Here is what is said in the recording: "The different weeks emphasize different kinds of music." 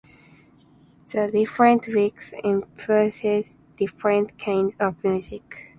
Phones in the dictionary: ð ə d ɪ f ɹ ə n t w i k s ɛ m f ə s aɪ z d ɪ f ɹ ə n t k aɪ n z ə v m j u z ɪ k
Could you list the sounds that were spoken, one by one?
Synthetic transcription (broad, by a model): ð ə d ɪ f ɹ ə n t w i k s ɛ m p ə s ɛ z d ɪ f ɹ ə n t k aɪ n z ə v m j u z ɪ k